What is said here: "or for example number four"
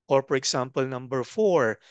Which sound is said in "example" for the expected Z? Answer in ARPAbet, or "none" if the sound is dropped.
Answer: S